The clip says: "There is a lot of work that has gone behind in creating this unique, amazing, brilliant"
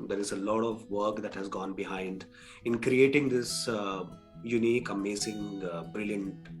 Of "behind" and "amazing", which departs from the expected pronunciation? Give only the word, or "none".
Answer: amazing